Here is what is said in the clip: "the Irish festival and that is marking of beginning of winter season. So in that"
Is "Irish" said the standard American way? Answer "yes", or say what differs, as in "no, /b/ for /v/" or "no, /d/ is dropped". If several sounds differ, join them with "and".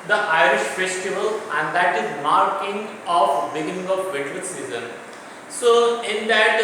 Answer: yes